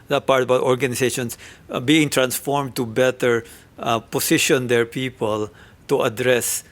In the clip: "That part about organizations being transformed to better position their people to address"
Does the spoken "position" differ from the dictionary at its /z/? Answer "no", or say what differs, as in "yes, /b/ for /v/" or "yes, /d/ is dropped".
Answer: yes, /s/ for /z/